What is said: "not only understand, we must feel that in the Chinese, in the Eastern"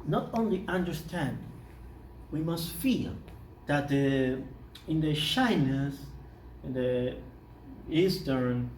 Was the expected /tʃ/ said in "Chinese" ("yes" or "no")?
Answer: no